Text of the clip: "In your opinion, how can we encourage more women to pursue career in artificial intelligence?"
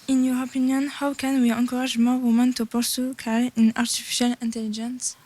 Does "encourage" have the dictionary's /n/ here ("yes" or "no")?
no